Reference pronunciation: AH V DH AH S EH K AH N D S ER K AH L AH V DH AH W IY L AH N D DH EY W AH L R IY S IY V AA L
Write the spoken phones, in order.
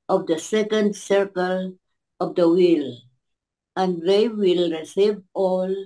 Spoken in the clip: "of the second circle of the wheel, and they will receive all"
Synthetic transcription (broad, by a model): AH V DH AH S EH K AH N D S ER K AH L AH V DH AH W IY L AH N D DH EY W AH L R IY S IY V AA L